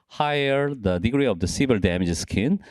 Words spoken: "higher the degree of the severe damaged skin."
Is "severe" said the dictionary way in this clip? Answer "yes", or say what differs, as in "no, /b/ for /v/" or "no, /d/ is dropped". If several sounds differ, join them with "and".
no, /l/ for /ɹ/